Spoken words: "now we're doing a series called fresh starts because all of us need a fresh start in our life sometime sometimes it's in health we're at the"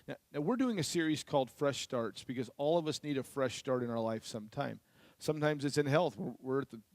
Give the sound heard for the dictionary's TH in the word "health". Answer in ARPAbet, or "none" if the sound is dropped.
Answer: TH